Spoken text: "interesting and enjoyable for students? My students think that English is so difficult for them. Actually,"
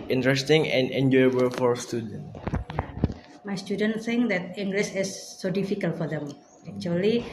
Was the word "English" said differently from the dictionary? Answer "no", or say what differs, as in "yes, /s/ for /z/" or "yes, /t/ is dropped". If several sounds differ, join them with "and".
yes, /s/ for /ʃ/